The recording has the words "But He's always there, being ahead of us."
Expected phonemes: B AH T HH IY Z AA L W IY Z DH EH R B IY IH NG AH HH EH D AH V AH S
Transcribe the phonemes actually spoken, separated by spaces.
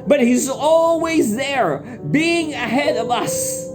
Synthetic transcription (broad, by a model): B AH T HH IY Z AA L W IY Z DH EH R B IY IH NG AH HH EH D AH V AH S